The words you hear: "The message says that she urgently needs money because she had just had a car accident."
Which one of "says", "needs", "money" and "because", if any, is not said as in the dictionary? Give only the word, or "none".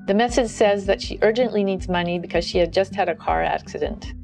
none